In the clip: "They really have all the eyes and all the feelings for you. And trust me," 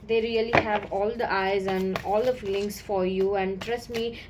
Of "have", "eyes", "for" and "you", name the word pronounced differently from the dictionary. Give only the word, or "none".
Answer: none